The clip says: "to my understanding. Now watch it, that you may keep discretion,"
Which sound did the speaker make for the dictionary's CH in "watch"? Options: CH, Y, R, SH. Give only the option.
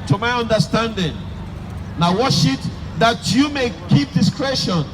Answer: SH